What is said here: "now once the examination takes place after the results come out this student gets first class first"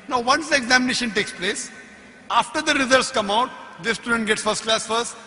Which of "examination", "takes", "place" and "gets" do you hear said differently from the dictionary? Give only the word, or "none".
none